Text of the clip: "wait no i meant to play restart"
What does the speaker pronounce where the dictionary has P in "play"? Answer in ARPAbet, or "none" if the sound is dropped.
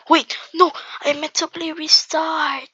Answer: B